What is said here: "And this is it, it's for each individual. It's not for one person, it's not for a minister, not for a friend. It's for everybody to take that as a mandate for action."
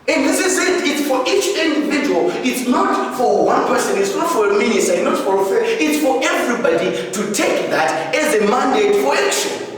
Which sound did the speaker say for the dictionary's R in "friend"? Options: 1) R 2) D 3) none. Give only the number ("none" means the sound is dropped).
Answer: 3